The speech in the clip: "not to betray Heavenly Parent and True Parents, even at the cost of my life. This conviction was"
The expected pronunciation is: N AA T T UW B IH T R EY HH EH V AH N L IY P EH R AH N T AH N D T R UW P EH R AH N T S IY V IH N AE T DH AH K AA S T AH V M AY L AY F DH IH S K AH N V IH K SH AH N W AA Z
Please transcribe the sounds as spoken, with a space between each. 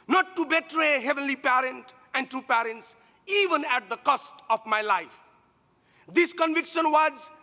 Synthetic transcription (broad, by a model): N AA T T UW B IH T R EY HH EH V AH N L IY P EH R AH N T AH N D T R UW P EH R AH N T S IY V IH N AE T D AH K AA S T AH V M AY L AY F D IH S K AH N V IH K SH AH N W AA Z